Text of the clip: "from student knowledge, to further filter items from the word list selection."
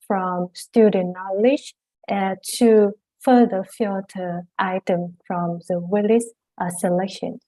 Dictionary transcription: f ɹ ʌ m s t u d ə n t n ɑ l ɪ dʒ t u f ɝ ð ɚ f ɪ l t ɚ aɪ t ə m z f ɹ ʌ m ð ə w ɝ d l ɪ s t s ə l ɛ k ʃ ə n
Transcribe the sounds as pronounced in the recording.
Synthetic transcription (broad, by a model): f ɹ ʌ m s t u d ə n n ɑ l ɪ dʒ t u f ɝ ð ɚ f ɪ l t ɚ aɪ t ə m f ɹ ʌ m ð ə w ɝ l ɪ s t s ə l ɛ k ʃ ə n